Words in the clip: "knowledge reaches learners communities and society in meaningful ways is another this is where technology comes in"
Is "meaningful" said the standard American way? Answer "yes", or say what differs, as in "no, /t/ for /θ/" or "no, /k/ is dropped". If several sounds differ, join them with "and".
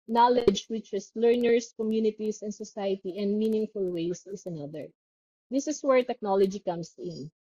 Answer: yes